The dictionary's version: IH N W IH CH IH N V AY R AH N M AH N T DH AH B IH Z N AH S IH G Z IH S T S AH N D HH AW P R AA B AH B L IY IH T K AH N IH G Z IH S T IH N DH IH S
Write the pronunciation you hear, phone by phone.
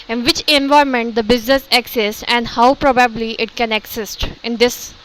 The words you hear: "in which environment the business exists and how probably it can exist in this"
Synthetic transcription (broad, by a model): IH N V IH CH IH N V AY AH M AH N T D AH B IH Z N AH S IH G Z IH S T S AH N D HH AW P R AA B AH B L IY IH T K AH N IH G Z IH S T IH N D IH S